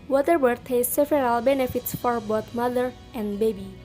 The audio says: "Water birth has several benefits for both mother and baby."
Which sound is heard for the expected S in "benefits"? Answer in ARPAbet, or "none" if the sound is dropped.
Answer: S